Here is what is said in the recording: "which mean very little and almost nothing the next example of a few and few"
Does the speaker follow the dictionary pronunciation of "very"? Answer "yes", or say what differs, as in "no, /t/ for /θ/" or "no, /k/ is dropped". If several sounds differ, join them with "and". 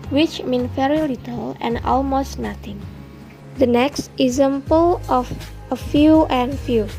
no, /f/ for /v/